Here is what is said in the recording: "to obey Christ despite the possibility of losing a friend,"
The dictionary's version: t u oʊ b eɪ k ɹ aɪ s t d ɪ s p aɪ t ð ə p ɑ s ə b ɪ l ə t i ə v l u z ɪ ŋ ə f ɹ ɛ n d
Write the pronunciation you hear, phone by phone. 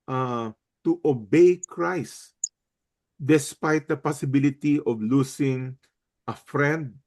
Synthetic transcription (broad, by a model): t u oʊ b eɪ k ɹ aɪ s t d ɪ s p aɪ t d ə p ɑ s ə b ɪ l ə t i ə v l u s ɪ ŋ ə f ɹ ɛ n d